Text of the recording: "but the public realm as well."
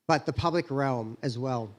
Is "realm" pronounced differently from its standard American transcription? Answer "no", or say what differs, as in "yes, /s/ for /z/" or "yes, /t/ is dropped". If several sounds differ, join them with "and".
no